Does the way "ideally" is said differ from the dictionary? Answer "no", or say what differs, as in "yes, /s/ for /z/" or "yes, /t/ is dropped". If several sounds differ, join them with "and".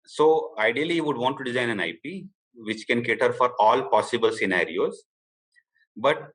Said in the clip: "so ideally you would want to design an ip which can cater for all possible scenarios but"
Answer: yes, /l/ is dropped